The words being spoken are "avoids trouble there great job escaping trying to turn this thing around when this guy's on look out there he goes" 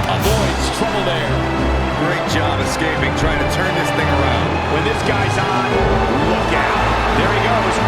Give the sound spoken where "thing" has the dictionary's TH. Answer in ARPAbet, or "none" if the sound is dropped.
TH